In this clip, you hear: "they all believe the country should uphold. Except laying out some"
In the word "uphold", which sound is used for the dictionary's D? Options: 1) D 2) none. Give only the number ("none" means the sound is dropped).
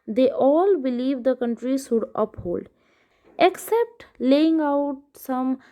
1